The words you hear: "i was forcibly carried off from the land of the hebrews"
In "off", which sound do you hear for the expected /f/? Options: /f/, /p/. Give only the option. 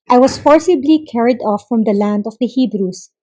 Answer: /f/